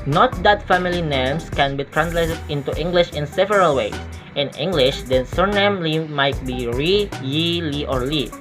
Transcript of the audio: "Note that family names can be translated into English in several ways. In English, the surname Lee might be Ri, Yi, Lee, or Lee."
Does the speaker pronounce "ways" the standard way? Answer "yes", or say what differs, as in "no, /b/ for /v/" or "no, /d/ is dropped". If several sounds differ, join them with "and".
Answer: no, /z/ is dropped